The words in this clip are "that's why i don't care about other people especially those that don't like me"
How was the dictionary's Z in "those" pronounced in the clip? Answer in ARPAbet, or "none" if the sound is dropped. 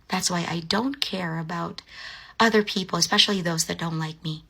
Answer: Z